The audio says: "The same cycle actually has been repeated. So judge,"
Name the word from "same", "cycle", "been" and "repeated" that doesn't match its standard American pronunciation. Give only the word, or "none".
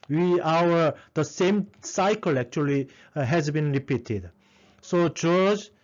none